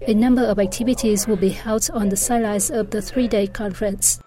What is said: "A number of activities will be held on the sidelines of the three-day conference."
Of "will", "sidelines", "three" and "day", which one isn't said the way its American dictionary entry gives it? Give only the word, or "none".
sidelines